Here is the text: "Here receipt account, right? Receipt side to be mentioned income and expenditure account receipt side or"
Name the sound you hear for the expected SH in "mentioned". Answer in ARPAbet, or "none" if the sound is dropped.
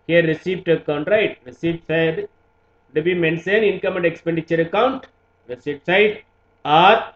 S